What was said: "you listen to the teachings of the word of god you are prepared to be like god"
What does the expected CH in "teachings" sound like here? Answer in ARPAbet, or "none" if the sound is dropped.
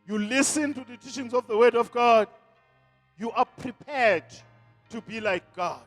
SH